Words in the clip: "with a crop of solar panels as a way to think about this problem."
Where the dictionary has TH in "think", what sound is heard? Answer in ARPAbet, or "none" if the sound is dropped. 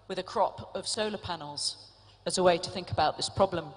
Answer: TH